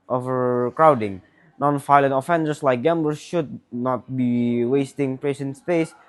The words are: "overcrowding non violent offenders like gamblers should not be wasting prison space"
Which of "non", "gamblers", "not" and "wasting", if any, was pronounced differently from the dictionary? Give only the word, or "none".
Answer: gamblers